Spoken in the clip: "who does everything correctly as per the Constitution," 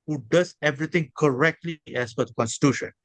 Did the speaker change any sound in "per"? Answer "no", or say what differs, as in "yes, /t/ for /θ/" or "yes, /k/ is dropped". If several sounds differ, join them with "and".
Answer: yes, /f/ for /p/